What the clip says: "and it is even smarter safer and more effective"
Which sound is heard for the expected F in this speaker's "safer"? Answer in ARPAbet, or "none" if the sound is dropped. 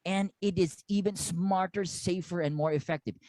F